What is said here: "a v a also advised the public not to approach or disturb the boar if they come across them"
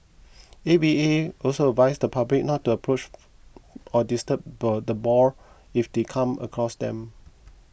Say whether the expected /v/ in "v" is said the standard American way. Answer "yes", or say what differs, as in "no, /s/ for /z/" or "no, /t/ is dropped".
no, /b/ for /v/